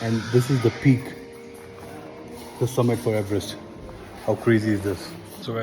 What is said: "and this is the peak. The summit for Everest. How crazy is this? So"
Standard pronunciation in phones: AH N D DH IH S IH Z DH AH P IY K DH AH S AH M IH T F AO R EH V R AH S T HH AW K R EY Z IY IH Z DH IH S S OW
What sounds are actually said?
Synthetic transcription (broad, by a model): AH N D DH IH S IH Z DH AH P IY K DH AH S AH M IH T F AO R EH V R AH S T HH AW K R EY Z IY IH Z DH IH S S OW